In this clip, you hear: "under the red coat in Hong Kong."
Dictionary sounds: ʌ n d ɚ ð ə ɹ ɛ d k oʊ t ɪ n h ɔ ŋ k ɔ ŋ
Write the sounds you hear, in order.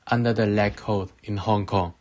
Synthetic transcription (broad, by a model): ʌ n d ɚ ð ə l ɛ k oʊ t ɪ n h ɔ ŋ k ɔ ŋ